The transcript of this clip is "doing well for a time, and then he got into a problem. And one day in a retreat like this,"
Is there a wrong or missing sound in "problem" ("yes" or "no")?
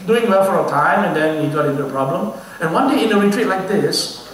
no